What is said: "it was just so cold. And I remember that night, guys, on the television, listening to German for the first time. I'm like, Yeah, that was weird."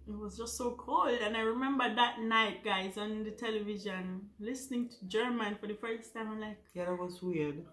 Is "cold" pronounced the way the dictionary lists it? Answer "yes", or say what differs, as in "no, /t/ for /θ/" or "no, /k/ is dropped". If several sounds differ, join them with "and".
yes